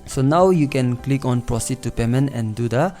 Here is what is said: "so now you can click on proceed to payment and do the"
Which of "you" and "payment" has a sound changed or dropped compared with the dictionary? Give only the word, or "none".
payment